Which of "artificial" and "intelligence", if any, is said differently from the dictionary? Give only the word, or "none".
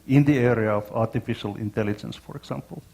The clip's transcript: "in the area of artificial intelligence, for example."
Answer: none